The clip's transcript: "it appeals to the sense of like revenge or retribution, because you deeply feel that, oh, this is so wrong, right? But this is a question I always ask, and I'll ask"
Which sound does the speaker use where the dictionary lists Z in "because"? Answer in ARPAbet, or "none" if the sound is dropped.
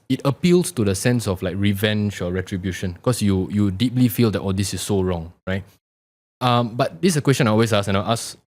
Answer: none